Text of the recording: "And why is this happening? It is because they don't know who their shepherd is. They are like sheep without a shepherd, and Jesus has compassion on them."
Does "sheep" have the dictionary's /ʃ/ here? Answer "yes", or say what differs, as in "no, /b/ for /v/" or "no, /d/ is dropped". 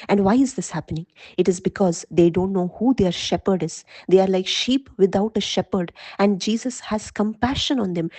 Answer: yes